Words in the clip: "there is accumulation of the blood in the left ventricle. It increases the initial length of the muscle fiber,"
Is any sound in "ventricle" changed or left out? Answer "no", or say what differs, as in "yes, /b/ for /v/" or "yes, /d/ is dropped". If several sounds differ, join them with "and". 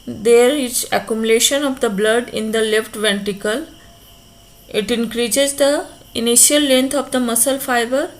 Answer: yes, /ɹ/ is dropped